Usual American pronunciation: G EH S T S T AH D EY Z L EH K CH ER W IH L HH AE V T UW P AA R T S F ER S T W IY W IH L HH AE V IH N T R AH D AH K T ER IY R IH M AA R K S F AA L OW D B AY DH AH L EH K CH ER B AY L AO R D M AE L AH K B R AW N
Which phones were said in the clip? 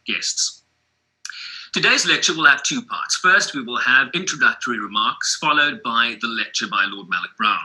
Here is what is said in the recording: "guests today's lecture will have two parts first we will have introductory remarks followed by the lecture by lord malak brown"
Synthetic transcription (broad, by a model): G EH S T S T AH D EY Z L EH K CH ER W IH L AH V T UW P AA R T S F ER S T W IY W IH L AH V IH N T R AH D AH K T ER IY R IH M AA R K S F AA L OW D B AY DH AH L EH K CH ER B AY L AO D M AE L AH K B R AW N